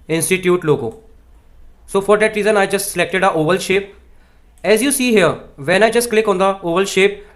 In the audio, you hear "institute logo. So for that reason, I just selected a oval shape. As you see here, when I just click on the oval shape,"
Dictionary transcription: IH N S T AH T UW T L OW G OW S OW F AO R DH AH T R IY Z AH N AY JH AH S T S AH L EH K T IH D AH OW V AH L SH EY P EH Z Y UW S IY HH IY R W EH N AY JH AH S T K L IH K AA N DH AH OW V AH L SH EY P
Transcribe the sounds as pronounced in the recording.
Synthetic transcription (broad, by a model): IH N S T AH T UW T L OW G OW S OW F AO R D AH T R IY Z AH N AY JH AH S T S AH L EH K T IH D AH OW V AH L SH EY P EH Z Y UW S IY HH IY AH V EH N AY JH AH S T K L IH K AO N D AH OW V AH L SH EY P